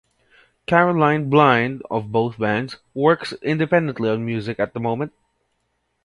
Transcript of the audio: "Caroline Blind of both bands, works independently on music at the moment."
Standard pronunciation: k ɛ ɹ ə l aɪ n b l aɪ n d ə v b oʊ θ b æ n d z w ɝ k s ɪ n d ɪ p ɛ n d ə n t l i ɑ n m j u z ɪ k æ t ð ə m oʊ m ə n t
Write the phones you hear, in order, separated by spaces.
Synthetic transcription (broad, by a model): k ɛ ɹ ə l aɪ n b l aɪ n d ə v b oʊ θ b æ n d z w ɝ k s ɪ n d ɪ p ɛ n d ə n t l i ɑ n m j u z ɪ k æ t ð ə m oʊ m ə n t